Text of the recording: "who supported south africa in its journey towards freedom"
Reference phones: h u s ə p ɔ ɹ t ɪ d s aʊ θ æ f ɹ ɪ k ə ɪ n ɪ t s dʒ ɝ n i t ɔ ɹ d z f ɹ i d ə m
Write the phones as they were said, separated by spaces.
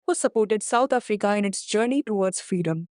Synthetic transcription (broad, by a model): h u s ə p ɔ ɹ t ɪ d s aʊ t æ f ɹ ɪ k ə ɪ n ɪ t s dʒ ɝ n i t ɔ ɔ d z f ɹ i d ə m